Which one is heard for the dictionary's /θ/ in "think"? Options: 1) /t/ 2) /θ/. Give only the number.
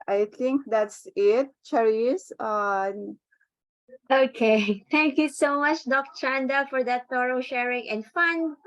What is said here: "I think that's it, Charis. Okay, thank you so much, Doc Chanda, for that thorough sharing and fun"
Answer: 1